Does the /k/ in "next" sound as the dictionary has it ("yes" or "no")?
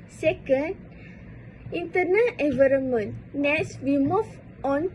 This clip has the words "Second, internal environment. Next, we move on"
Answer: no